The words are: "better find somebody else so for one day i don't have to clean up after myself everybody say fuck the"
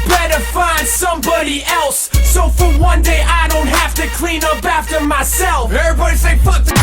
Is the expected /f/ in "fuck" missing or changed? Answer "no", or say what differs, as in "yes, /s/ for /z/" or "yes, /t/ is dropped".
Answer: yes, /p/ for /f/